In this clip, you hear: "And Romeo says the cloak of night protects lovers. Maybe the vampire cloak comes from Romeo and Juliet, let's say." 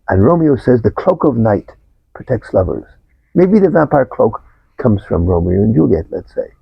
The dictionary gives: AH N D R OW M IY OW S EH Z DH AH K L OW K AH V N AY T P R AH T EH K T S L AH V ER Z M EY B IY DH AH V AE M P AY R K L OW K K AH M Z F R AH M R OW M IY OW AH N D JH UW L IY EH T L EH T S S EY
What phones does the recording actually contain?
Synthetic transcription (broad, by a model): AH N R OW M IY OW S EH Z DH AH K L OW K AH V N AY T P R AH T EH K T S L AH V ER Z M EY B IY DH AH V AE M P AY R K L OW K K AH M Z F R AH M R OW M IY OW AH N JH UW L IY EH T L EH T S S EY